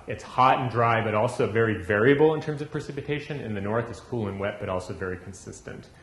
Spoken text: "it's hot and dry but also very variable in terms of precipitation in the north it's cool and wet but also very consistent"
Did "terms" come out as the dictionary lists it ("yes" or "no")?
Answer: yes